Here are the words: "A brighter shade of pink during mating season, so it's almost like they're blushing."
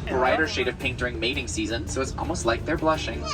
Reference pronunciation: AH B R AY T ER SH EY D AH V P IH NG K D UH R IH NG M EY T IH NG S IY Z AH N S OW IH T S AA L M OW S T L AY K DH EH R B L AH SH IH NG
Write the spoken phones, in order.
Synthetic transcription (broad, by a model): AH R AY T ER SH EY D AH V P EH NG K D UH R IH NG M EY T IH NG S IY Z AH N S OW IH T S AA L M OW S T L AY K DH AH R B L AH SH IH NG